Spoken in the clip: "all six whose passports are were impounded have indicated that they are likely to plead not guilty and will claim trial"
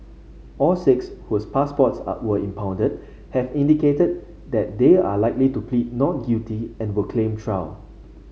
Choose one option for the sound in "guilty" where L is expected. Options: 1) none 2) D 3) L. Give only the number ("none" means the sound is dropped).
1